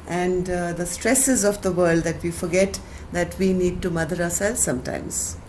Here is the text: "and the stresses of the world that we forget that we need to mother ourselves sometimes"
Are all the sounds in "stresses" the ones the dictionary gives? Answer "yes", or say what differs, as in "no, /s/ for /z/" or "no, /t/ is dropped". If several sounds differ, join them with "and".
yes